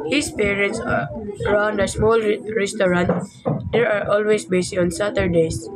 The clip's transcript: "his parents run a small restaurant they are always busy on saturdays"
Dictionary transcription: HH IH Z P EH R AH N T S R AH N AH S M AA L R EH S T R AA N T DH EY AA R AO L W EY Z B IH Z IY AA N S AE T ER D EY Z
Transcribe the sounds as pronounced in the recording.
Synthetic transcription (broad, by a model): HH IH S P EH R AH N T S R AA N AH S M AA L R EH S T R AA N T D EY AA R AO L W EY S B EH S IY AA N S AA T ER D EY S